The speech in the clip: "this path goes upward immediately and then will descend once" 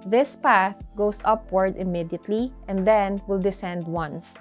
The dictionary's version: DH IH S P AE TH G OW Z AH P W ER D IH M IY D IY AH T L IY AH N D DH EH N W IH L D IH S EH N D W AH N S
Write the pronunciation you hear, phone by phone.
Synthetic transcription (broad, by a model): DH IH S P AE TH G OW S AH P W ER D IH M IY D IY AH T L IY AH N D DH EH N W IH L D IH S EH N D W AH N S